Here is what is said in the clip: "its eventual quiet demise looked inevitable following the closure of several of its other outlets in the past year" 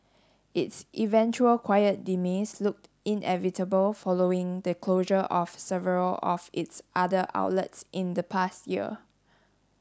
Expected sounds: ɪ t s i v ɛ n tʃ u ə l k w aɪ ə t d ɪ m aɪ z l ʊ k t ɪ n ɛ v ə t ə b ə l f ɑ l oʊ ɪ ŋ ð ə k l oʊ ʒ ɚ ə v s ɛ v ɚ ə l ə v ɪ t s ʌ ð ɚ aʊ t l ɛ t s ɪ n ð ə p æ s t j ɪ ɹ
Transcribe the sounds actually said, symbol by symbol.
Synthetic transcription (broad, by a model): ɪ t s i v ɛ n tʃ u ə l k w aɪ ə t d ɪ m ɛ s l ʊ k t ɪ n ɛ v ə t ə b ə l f ɑ l oʊ ɪ ŋ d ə k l oʊ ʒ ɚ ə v s ɛ v ɚ ə l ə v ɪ t s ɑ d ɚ aʊ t l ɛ t s ɪ n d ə p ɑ s t j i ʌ